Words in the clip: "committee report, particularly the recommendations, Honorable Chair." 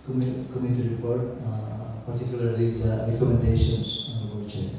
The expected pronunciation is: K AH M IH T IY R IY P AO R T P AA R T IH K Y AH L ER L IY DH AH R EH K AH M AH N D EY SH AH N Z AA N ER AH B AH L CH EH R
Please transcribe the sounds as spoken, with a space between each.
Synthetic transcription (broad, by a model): K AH M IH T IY R IY P AO R T P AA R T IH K Y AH L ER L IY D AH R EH K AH M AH N D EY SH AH N S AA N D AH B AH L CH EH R